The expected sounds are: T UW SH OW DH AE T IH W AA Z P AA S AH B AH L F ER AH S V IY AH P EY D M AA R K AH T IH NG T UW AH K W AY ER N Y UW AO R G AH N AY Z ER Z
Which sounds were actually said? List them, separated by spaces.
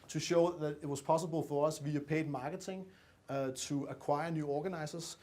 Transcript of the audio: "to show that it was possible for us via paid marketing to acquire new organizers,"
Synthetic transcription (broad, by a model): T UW SH OW DH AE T IH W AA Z P AA S AH B AH L F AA AH S V IY AH P EY D M AA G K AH S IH NG S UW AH K W AY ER N Y UW AO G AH N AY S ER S